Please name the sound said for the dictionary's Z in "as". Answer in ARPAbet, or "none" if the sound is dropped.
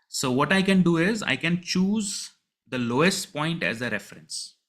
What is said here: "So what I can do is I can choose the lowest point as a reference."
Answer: Z